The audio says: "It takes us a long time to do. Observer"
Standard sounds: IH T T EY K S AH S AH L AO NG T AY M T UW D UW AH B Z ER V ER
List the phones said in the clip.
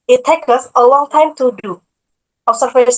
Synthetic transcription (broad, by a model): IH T T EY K AH S AH L AO NG T AY M T UW D UW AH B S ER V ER